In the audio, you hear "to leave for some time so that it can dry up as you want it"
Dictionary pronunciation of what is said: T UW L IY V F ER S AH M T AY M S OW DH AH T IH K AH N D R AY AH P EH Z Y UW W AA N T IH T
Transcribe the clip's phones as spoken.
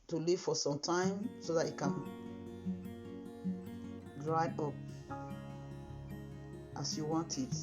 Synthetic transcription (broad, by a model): T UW L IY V F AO S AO M T AY M S OW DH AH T IH K AH N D R AY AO P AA S Y UW W AA N T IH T